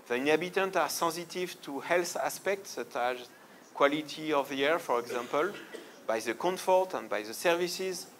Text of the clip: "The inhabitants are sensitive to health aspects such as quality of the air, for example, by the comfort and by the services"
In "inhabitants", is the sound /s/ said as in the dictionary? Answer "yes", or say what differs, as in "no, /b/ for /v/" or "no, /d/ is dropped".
no, /s/ is dropped